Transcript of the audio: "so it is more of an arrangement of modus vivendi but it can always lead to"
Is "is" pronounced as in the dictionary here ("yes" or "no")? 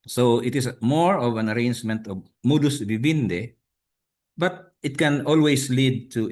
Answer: no